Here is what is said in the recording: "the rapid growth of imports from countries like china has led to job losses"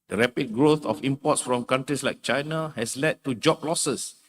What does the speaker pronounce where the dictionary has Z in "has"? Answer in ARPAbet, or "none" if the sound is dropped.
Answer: S